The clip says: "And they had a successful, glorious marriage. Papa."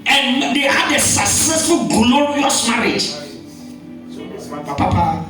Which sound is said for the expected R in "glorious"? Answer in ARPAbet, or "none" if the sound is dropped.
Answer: W